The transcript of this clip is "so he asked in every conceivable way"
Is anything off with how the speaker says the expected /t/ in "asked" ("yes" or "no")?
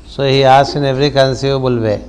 yes